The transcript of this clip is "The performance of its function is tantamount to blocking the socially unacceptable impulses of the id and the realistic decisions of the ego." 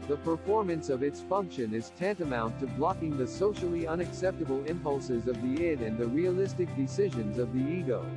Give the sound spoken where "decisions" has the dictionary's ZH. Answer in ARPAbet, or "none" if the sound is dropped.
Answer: ZH